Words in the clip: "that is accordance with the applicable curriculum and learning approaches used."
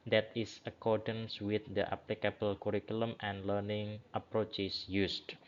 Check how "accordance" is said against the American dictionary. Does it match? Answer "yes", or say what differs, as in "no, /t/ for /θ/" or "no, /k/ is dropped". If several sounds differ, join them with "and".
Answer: yes